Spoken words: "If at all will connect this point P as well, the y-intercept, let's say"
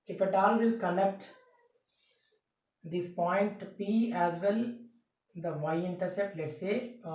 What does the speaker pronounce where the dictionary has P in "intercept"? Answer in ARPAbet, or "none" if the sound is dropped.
none